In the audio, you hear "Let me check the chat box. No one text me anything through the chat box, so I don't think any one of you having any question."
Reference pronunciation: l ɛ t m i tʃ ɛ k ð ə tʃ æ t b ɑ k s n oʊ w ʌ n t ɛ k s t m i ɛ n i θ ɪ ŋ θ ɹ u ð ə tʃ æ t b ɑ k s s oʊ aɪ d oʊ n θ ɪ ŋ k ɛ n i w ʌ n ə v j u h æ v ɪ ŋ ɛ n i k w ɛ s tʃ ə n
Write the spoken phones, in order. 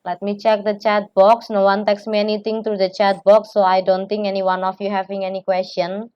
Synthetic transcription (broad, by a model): l ɛ t m i tʃ ɛ k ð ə tʃ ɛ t b ɑ k s n oʊ w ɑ n t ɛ k s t m i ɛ n i t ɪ ŋ t ɹ u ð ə tʃ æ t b ɑ k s s oʊ aɪ d oʊ n t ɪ ŋ k ɛ n i w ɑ n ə f j u h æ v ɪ ŋ ɛ n i k w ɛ s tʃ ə n